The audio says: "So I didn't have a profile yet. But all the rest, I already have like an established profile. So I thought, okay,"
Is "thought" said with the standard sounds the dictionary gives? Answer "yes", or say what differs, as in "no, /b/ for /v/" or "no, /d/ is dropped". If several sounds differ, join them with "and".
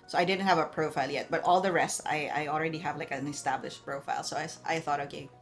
yes